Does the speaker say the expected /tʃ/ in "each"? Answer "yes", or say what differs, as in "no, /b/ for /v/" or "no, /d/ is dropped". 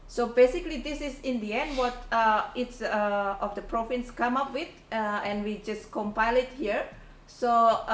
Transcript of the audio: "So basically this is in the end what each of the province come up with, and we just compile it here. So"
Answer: no, /s/ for /tʃ/